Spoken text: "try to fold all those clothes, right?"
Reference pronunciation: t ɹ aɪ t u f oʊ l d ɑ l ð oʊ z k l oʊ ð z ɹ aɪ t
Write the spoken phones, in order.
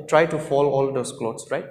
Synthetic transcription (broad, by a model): t ɹ aɪ t u f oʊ l ɑ l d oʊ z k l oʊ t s ɹ aɪ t